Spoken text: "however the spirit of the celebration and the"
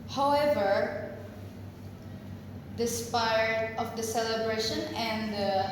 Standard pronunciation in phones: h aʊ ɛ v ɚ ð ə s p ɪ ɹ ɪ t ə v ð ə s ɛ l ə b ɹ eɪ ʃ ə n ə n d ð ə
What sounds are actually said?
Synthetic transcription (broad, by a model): h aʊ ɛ v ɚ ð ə s p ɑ ɪ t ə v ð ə s ɛ l ə b ɹ eɪ ʃ ə n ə n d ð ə